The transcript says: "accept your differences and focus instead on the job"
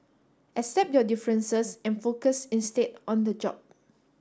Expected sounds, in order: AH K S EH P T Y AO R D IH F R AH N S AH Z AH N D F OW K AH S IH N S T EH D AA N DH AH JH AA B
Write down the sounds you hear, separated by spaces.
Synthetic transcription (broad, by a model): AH S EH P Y AO D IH F R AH N S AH S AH N F OW K AH S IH N S T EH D AA N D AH JH AA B